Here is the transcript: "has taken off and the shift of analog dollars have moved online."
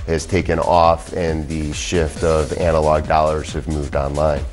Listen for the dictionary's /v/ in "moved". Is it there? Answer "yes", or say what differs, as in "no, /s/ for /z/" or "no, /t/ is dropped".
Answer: yes